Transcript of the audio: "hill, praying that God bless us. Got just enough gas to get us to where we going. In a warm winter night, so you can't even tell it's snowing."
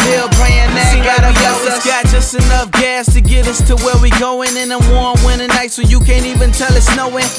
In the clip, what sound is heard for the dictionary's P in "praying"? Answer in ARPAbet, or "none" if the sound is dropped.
B